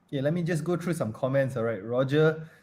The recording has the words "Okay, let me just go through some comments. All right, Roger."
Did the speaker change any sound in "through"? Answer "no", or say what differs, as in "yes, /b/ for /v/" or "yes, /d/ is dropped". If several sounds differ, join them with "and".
yes, /t/ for /θ/